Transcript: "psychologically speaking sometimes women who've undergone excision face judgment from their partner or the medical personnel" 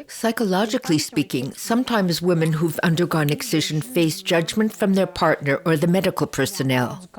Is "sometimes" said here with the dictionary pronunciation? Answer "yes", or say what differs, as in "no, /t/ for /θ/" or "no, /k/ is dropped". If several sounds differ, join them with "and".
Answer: yes